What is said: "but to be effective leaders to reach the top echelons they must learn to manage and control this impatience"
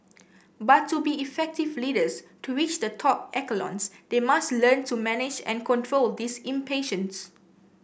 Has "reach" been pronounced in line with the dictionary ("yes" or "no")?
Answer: no